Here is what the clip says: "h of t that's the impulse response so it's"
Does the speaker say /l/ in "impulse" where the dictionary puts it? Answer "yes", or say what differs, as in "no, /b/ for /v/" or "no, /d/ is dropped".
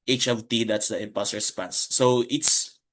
no, /l/ is dropped